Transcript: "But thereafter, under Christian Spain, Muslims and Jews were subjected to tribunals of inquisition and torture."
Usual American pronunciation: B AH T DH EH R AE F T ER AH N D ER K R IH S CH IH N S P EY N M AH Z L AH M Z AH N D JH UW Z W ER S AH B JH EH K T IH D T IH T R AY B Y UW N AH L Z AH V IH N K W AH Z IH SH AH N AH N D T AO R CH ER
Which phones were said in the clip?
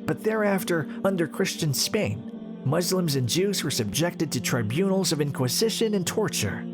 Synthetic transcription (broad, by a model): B AH T DH EH R AE F T ER AH N D ER K R IH S CH IH N S P EY N M AH Z L AH M Z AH N JH UW Z W ER S AH B JH EH K T IH D T IH T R AY B Y UW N L Z AH V IH N K W AH Z IH SH AH N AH N T AO R CH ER